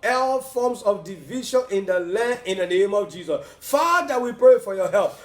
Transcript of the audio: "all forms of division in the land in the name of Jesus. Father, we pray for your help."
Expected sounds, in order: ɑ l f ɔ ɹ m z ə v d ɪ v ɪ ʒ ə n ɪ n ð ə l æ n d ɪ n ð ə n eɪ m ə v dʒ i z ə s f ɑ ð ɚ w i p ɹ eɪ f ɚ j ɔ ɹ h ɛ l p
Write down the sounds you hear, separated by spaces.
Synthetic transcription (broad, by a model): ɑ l f ɔ m s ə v d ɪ v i ʃ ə n ɪ n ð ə l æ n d ɪ n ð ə n eɪ m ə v dʒ i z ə s f ɑ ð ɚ w i p ɹ eɪ f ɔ j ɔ h ɛ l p